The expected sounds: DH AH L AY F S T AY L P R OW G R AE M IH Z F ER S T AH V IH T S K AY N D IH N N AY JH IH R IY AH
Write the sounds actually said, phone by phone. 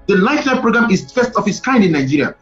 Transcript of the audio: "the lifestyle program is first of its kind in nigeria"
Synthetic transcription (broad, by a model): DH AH L AY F T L P R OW G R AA M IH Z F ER S T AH F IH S K AY N D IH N N AY JH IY R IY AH